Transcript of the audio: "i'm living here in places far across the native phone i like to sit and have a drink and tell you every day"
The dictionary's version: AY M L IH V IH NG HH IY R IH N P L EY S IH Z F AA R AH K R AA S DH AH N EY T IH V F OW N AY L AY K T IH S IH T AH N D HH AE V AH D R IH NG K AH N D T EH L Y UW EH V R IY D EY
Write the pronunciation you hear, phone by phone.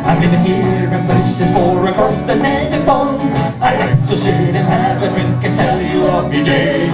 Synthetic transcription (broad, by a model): AY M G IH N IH HH IY R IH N P L EY S IH Z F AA R AH K R AA S DH AH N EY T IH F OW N AY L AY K T IH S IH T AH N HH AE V AH D R IH NG K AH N T EH L Y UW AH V IY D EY